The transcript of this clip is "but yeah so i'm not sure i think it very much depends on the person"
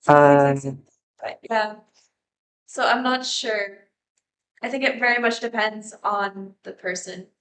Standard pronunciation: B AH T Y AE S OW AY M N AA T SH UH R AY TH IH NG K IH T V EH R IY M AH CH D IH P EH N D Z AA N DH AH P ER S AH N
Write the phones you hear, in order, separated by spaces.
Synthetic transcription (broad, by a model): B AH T Y AE S OW AY M N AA T SH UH R AY TH IH NG K IH T V EH R IY M AH CH D IH P EH N D Z N DH AH P ER S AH N